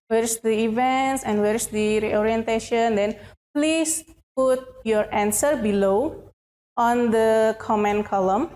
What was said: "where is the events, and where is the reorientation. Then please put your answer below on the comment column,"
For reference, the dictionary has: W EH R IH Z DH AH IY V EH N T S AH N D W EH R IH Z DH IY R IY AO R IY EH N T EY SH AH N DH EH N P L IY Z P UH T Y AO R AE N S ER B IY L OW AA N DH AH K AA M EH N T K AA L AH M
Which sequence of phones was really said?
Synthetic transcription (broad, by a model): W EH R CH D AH IY V EH N T S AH N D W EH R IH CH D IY R IY AO R IY EH N T EY SH AH N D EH N P L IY S P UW T Y AO R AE N S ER B IY L OW AA N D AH K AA M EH N K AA L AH M